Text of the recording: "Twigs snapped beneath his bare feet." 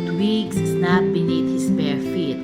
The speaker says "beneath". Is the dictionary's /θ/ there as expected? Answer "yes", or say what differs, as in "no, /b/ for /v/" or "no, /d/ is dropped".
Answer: no, /t/ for /θ/